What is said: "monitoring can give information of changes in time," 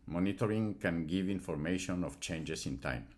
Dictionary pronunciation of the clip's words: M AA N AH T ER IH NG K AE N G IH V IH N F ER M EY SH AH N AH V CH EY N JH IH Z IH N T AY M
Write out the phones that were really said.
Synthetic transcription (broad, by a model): M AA N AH T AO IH NG K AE N G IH V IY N F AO M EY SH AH N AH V CH EY N JH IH S IH N T AY M